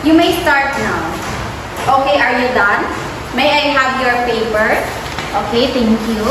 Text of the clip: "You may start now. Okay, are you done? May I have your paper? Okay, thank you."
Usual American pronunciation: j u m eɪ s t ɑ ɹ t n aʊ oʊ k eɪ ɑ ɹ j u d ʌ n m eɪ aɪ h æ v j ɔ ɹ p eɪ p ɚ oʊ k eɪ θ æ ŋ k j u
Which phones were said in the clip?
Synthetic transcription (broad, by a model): j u m eɪ s t ɑ ɹ t n aʊ oʊ k eɪ ɑ ɹ j u d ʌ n m eɪ aɪ h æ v j ɔ ɹ p eɪ p ɚ oʊ k eɪ t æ ŋ k j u